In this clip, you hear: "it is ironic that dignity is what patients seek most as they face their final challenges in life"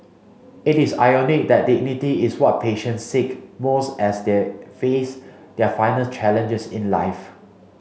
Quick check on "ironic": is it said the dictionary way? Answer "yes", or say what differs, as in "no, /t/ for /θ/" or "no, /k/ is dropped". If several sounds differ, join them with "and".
no, /ɹ/ is dropped